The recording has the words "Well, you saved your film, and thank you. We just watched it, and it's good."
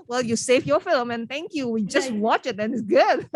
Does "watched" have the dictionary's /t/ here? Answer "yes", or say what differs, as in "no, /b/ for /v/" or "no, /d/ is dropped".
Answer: no, /t/ is dropped